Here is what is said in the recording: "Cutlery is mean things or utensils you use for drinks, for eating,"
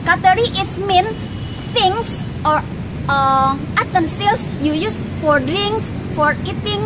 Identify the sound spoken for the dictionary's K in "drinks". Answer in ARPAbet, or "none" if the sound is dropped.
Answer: none